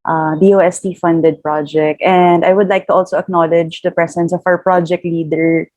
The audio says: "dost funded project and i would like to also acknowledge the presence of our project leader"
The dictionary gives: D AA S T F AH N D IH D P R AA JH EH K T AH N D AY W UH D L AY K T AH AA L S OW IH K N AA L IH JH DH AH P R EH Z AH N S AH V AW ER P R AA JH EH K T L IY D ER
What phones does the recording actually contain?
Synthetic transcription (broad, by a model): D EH S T F AH N D IH D P R AA JH EH K T AH N D AY W UH D L AY K T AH AA L S OW IH K N AA L IH JH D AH P R EH S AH N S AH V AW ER P R AA JH EH K T L IY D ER